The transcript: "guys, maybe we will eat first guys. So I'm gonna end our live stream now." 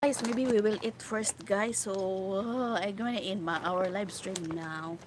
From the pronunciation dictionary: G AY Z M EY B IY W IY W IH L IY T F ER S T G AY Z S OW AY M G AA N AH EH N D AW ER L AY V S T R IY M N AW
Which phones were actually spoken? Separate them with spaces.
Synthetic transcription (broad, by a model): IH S M EY B IY W IY W IH L IY T F ER S T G AY S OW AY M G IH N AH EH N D AW ER L AY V S T R IY M N AW